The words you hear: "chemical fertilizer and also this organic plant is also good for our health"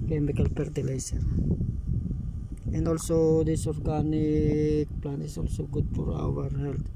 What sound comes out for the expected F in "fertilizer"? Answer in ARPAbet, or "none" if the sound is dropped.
P